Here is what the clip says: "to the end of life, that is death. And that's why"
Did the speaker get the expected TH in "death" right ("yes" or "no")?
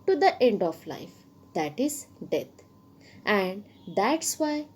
no